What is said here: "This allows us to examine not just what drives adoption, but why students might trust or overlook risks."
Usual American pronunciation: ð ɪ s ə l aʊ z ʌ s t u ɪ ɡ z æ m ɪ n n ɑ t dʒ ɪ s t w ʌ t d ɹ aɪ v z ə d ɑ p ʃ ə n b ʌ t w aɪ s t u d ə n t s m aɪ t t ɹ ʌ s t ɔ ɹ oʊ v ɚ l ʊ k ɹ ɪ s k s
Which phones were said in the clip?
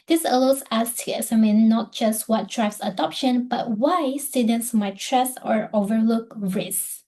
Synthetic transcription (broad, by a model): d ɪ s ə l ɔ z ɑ s t u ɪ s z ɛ m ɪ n n ɑ t dʒ ɪ s t w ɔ t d ɹ aɪ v s ə d ɑ p ʃ ə n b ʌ t w aɪ s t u d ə n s m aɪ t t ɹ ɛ s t ɔ ɹ oʊ v ɚ l ʊ k ɹ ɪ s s